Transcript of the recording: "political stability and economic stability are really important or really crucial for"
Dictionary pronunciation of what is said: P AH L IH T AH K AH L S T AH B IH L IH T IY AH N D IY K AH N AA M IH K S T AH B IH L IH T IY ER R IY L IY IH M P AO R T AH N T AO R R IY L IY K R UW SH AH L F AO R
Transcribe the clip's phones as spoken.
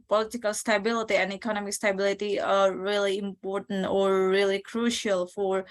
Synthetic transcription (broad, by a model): P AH L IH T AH K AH L S T AH B IH L IH T IY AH N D IY K AH N AA M IH K S T AH B IH L IH T IY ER R IY L IY IH M P AO R T AH N T AO R R IY L IY K R UW SH AH L F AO R